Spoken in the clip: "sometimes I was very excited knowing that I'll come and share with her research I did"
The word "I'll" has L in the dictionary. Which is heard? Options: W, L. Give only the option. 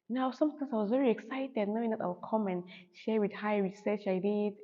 W